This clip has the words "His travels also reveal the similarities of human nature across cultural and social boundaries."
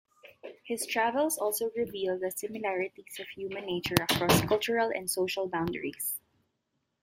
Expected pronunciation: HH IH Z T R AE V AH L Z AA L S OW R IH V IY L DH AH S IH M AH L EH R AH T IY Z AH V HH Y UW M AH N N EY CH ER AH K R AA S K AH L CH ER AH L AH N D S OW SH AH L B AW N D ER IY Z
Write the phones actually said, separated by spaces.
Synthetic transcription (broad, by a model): HH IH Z T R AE V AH L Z AA L S OW R IH V IY L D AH S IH M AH L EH R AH T IY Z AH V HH Y UW M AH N N EY CH ER AH K R AA S K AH L CH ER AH L AH N D S OW SH AH L B AW N D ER IY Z